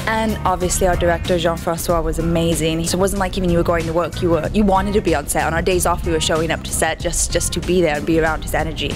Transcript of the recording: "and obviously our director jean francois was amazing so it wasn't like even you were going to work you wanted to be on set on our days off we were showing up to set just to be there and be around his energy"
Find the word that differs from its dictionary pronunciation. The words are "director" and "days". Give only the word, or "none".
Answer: none